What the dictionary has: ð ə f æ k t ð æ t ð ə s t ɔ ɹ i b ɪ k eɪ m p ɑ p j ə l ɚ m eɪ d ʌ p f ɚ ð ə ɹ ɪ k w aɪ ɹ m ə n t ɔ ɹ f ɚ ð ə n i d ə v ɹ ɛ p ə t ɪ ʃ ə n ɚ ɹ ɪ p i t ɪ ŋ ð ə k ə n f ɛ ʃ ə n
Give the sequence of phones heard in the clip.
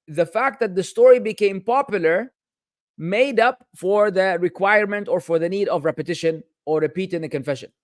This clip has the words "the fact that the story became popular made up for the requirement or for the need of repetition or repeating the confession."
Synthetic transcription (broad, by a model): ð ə f æ k t ð æ t ð ə s t ɔ ɹ i b ɪ k eɪ m p ɑ p j ə l ɚ m eɪ d ʌ p f ɚ ð ə ɹ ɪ k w aɪ ɹ m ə n t ɔ ɹ f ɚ ð ə n i d ə v ɹ ɛ p ə t ɪ ʃ ə n ɚ ɹ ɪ p i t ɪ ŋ ð ə k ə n f ɛ ʃ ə n